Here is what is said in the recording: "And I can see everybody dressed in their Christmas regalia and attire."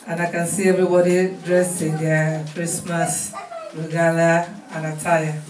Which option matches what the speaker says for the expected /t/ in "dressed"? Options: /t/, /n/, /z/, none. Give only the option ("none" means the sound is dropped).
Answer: none